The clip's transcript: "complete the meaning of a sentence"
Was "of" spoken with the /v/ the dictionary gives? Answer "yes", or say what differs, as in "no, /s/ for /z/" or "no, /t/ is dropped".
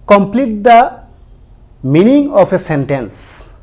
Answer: no, /p/ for /v/